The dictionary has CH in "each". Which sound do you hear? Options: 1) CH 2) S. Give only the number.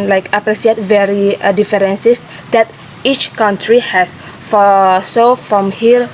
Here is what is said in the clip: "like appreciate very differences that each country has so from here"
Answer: 1